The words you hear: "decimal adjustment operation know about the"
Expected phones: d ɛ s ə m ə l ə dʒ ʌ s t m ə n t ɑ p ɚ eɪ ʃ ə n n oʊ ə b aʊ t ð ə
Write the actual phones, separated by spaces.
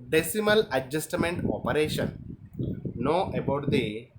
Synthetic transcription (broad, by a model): d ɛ s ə m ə l ə dʒ ʌ s t m ə n t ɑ p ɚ eɪ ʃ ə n n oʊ ə b aʊ t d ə